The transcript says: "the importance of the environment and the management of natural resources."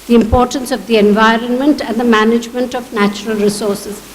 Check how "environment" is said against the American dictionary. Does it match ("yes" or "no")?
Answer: yes